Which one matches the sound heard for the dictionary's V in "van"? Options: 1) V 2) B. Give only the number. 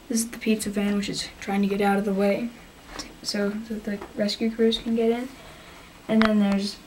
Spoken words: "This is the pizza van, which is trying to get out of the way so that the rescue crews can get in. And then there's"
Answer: 1